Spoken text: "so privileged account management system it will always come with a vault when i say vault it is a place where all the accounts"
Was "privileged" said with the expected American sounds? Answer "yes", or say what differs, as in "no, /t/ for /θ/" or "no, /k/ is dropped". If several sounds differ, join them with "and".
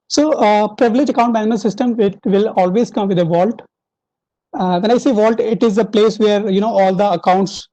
no, /d/ is dropped